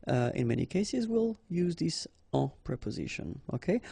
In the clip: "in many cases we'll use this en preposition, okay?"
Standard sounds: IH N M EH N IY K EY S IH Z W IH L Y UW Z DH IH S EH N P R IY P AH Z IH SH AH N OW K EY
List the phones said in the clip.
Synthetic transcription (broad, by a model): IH N M EH N IY K EY S IH Z W IH L Y UW Z DH IH S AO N P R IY P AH Z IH SH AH N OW K EY